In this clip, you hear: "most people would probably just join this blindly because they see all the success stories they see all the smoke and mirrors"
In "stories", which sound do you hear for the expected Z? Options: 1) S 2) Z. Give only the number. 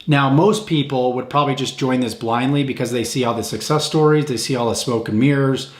2